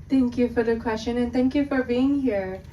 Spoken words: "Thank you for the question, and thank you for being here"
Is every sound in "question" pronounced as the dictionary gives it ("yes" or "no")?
yes